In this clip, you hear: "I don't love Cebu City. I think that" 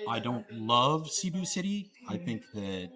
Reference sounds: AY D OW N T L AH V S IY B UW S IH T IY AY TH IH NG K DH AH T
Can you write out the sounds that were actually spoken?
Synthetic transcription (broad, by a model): AY D OW N T L AH V S IY B UW S IH T IY AY TH IH NG K DH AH T